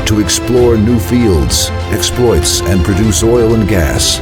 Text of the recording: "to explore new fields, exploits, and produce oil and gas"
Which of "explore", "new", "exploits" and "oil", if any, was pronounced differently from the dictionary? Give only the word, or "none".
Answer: none